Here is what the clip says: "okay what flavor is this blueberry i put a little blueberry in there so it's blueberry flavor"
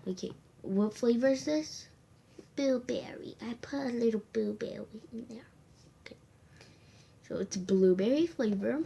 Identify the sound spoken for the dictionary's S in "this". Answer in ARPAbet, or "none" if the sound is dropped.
S